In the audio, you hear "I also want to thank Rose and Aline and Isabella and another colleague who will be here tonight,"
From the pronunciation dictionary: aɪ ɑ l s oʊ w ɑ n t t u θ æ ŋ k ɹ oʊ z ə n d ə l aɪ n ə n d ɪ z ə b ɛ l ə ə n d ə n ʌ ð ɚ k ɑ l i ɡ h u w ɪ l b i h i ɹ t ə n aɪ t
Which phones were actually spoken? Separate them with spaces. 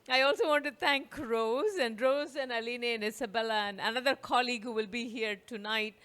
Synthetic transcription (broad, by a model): aɪ ɑ l s oʊ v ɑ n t t u t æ ŋ k ɹ oʊ z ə n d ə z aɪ n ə n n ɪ s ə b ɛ l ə ə n d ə n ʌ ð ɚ k ɑ l i ɡ h u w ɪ l b i h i ɹ t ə n aɪ t